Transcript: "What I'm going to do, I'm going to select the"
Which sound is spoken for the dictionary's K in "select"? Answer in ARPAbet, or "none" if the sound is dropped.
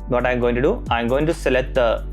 none